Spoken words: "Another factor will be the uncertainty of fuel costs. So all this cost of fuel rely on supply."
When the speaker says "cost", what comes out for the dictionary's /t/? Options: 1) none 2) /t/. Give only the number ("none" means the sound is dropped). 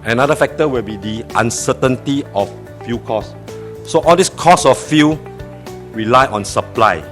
1